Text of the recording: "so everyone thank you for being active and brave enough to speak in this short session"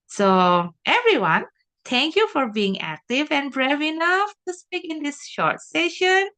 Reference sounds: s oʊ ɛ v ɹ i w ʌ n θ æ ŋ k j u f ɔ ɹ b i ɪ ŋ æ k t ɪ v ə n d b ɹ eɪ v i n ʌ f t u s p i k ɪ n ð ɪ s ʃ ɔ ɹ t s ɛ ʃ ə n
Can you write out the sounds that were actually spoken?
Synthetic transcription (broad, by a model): s oʊ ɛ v ɹ i w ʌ n t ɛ ŋ k j u f ɔ ɹ b i ɪ ŋ æ k t ɪ v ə n b ɹ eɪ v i n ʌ f t u s p i k ɪ n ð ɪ s ʃ ɔ ɹ t s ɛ ʃ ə n